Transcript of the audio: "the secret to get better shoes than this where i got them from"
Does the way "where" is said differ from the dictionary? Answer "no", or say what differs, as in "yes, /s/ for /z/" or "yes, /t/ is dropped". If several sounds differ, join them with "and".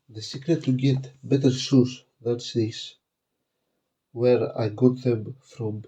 no